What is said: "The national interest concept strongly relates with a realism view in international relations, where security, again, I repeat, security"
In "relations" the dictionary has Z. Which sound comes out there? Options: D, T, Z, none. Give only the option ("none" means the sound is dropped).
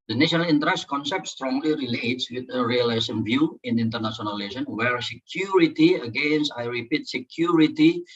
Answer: none